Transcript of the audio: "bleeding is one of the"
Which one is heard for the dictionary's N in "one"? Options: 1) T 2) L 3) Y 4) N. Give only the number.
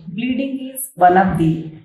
2